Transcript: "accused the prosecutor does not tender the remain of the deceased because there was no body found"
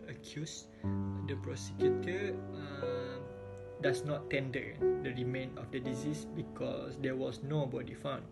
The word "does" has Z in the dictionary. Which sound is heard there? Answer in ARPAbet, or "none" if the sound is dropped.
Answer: S